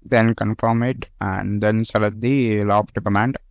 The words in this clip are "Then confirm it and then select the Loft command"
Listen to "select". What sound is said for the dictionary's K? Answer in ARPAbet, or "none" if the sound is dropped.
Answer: none